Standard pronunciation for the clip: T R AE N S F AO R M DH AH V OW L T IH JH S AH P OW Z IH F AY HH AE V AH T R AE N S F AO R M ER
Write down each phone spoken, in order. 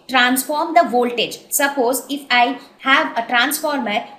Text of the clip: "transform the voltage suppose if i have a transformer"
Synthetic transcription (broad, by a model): T R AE N S F AO R M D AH V OW L T IH JH S AH P OW Z IH F AY HH AE V AH T R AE N S F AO R M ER